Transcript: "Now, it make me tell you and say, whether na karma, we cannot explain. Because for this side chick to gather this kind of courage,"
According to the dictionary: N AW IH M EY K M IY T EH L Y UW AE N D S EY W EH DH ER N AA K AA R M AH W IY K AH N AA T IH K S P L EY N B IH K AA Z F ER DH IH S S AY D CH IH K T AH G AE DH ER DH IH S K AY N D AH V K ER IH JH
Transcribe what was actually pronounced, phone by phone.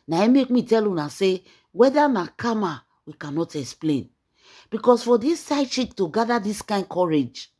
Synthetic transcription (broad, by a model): N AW IH M EY K M IY T EH L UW N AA S EY W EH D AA N AA K AA M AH W IY K AH N AA T IH K S P L EY N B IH K AA S F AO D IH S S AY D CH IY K T AH G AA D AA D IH S K AY N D K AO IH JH